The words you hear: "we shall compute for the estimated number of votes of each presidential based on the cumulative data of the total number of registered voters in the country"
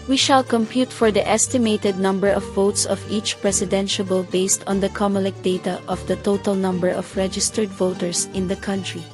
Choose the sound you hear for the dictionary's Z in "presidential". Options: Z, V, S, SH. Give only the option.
S